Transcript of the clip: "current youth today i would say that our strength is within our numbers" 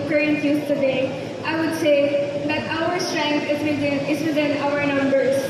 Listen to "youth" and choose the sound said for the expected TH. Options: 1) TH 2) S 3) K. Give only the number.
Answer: 2